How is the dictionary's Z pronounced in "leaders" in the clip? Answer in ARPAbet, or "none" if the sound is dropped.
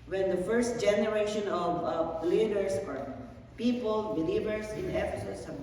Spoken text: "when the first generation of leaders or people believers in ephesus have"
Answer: S